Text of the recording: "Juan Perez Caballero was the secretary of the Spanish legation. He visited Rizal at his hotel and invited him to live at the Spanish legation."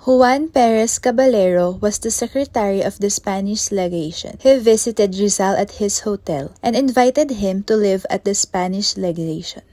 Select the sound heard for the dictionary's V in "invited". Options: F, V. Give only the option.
V